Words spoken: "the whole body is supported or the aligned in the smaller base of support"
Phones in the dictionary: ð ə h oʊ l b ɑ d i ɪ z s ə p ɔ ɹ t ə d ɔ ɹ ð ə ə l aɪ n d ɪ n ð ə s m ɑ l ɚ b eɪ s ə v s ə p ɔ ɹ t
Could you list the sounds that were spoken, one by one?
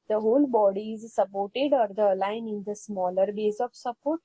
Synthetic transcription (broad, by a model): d ə h oʊ l b ɑ d i ɪ z s ə p ɔ ɹ t ə d ɔ ɹ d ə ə l aɪ n ɪ n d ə s m ɑ l ɚ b eɪ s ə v s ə p ɔ ɹ t